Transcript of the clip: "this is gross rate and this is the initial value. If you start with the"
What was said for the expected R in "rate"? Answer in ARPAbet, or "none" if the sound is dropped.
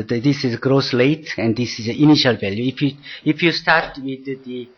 L